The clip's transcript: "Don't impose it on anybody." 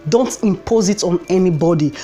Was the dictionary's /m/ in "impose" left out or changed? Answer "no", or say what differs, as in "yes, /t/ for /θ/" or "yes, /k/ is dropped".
no